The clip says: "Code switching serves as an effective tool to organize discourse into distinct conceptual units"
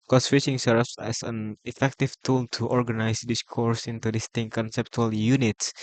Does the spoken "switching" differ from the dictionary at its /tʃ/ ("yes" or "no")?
yes